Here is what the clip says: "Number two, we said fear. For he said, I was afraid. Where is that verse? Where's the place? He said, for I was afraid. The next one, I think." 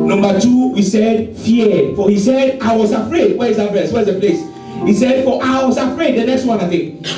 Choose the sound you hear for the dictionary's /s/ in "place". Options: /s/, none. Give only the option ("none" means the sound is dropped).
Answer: /s/